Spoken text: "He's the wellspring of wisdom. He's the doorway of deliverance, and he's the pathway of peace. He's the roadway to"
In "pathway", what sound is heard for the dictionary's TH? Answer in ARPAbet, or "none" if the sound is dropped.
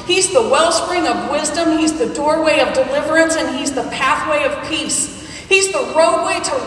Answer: TH